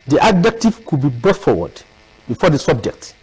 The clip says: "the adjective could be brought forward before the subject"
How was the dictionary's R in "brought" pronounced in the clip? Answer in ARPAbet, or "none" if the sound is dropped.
none